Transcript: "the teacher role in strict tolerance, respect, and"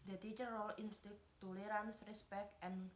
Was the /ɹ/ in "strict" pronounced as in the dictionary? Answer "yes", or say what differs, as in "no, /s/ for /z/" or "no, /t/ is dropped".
no, /ɹ/ is dropped